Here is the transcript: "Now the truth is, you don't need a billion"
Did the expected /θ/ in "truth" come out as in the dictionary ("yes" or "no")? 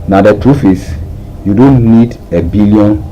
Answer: no